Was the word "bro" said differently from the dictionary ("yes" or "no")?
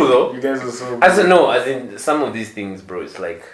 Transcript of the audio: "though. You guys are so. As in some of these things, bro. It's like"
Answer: no